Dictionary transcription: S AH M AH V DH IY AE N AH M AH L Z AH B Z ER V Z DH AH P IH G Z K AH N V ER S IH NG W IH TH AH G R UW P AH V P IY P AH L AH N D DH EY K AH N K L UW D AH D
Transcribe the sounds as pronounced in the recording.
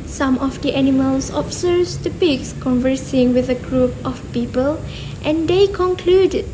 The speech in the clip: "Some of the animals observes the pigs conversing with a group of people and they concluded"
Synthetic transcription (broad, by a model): S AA M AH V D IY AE N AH M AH L S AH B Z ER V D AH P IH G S K AH N V ER S IH NG W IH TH AH G R UW P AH F P IY P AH L AH N D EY K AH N K L UW D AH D